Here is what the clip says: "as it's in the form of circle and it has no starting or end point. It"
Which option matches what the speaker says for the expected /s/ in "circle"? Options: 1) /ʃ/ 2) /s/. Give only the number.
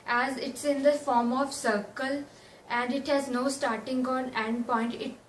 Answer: 2